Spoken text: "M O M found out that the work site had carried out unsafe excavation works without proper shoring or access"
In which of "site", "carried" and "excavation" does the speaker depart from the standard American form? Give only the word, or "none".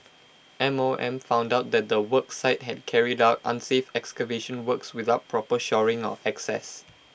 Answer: none